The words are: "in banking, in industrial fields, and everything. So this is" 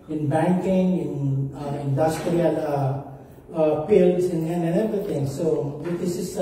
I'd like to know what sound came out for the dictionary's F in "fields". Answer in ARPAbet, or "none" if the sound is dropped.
P